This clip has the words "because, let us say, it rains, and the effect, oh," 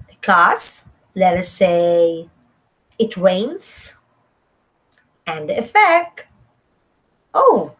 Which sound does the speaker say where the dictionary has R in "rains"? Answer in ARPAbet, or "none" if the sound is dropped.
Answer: W